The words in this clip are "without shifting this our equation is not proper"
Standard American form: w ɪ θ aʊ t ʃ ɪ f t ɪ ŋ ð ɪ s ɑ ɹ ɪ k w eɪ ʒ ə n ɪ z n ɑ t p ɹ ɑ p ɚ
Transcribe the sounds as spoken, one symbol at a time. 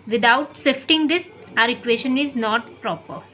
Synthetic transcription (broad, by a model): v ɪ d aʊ t s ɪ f t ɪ ŋ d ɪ s ɑ ɹ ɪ k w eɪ ʃ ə n ɪ z n ɑ t p ɹ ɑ p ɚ